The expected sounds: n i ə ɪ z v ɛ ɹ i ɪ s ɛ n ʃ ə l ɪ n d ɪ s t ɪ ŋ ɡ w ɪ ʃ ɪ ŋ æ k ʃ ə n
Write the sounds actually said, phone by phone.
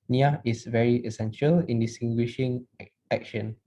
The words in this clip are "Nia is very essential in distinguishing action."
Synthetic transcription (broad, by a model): n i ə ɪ s v ɛ ɹ i ɪ s ɛ n ʃ ə l ɪ n d ɪ s t ɪ ŋ ɡ w ɪ ʃ ɪ ŋ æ k ʃ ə n